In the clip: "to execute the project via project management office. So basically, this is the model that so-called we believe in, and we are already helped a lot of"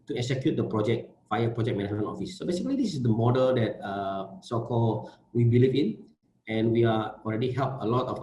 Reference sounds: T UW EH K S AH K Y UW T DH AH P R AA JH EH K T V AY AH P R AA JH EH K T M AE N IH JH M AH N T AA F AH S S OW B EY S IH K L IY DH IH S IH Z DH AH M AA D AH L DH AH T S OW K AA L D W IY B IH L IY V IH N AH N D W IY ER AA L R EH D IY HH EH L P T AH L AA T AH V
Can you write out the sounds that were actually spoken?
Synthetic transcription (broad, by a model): T UW EH K S AH K Y UW T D AH P R AA JH EH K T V AY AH P R AA JH EH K M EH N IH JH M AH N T AA F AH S S OW B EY S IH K L IY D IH S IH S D AH M AA D AH L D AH T S OW K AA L W IY B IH L IY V IH N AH N W IY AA AA L R EH D IY HH EH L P AH L AA T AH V